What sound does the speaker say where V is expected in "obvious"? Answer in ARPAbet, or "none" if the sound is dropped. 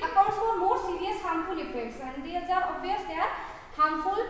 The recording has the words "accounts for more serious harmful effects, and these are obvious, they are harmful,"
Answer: none